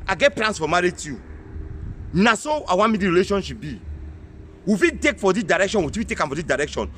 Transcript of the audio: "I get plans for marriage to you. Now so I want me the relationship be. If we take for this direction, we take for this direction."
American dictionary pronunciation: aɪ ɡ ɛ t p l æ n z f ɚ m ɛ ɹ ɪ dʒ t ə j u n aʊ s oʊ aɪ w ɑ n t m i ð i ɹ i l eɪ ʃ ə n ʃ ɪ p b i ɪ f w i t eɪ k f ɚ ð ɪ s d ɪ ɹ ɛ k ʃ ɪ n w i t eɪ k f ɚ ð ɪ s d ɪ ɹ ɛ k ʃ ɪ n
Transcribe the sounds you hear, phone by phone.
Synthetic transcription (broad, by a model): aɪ ɡ ɛ t p l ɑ n s f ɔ m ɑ ɹ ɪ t j u n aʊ s oʊ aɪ w ɑ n m i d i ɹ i l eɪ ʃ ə n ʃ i p b i ɪ f i t eɪ k f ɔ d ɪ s d ɪ ɹ ɛ k ʃ ɪ n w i t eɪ k f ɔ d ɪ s d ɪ ɹ ɛ k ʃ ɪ n